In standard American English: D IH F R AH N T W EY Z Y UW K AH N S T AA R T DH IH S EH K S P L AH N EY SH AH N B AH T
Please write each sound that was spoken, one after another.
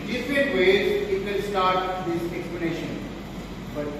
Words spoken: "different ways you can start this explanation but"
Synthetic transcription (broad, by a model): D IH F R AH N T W EY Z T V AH L S T AA R T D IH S EH K S P L AH N EY SH AH N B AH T